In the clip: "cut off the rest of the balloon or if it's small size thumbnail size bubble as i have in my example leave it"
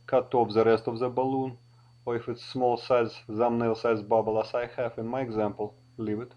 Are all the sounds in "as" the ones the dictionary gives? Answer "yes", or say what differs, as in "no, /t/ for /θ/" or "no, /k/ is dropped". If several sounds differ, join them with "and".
no, /s/ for /z/